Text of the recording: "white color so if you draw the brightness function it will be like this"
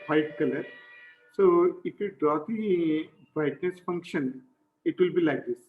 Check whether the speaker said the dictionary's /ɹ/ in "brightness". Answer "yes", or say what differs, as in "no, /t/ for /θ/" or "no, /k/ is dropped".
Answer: no, /ɹ/ is dropped